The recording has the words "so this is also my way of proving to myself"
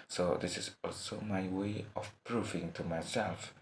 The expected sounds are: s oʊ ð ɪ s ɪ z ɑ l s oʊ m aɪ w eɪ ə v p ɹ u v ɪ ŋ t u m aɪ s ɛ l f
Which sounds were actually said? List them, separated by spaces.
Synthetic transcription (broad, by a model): s oʊ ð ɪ s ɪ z ɑ l s oʊ m aɪ w eɪ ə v p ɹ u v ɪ ŋ t u m aɪ s ɛ l f